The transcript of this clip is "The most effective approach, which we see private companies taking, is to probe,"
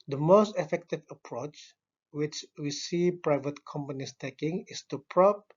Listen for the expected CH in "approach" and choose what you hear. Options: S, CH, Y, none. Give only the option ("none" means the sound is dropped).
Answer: CH